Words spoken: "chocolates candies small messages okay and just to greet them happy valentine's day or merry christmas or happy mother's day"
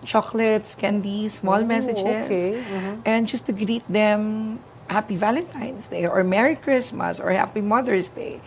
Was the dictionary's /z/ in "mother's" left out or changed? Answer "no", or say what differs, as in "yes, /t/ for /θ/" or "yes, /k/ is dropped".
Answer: yes, /s/ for /z/